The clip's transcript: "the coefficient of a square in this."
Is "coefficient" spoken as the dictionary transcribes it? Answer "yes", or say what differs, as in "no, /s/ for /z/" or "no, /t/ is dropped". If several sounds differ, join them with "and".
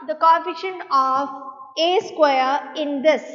no, /t/ is dropped